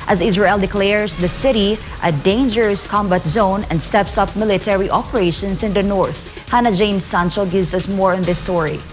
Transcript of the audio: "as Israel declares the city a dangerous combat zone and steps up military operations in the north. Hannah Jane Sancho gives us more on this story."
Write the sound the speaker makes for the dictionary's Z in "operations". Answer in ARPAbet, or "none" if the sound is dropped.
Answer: S